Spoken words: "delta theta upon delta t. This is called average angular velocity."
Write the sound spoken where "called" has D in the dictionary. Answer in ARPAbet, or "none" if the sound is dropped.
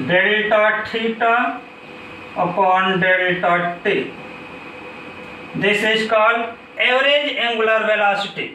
none